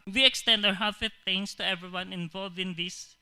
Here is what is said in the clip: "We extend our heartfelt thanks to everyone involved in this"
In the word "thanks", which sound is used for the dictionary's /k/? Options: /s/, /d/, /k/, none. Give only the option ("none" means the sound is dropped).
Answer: none